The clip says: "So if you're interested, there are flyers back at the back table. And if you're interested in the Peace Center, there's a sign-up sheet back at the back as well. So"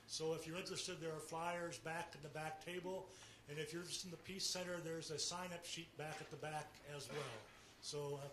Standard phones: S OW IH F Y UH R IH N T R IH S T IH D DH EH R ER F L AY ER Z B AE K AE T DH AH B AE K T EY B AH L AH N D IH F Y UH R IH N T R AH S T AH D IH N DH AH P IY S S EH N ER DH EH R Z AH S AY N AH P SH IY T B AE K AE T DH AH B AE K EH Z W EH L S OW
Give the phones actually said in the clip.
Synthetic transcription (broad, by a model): S OW IH F Y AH R IH N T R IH S T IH D DH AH R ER F L AY ER Z B AE K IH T DH AH B AE K T EY B AH L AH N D IH F Y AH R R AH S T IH N DH AH P IY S S EH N ER DH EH R Z AH S AY N AH P SH IY T B AE K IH T DH AH B AE K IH Z W EH L S OW